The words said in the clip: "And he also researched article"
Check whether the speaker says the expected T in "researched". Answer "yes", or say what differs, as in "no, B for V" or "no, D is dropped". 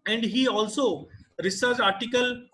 no, T is dropped